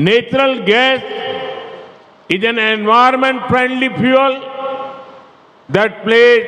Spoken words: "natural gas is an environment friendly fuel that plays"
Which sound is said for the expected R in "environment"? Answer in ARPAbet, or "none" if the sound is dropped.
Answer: none